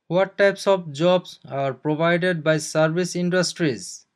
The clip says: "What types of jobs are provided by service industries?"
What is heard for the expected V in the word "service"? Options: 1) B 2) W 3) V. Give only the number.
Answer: 1